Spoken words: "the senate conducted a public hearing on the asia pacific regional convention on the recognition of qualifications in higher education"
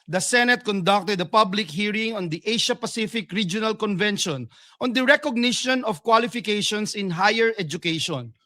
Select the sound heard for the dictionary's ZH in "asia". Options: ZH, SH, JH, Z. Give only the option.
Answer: SH